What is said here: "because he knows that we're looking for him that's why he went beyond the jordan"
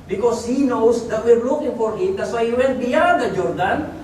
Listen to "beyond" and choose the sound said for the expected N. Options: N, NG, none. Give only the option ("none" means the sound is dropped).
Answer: none